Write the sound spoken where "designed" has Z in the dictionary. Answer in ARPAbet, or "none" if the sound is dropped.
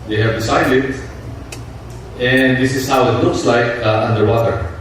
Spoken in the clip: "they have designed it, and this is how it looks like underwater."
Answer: S